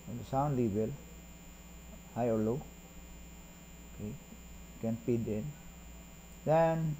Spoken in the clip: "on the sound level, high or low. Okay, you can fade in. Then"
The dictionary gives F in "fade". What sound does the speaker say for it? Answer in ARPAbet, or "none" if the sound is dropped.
P